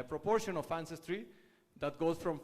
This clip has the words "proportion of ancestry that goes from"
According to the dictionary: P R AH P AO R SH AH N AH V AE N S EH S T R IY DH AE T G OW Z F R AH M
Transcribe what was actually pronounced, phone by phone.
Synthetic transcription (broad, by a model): P R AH P AO R SH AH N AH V AE N S EH S T R IY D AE T G OW Z F R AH M